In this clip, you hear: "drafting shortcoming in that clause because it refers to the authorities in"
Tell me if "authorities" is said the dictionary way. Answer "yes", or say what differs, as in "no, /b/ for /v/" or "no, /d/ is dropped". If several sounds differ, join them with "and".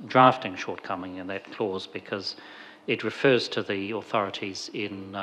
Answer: yes